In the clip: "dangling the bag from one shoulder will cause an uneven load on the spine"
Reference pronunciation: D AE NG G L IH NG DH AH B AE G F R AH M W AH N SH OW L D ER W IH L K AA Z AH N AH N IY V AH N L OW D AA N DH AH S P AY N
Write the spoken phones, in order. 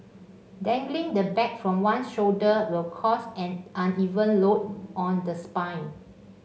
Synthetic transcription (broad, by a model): D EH NG G L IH NG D AH B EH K F R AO M W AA N SH OW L D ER W IH L K AA S AH N AH N IY V AH N L OW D AA N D AH S P AY N